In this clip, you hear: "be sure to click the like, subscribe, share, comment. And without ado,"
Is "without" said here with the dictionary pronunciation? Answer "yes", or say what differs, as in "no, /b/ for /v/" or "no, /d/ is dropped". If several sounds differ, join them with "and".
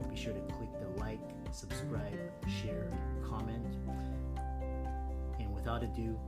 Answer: yes